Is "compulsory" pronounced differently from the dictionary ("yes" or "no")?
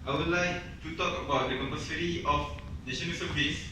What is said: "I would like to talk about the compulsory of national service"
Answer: yes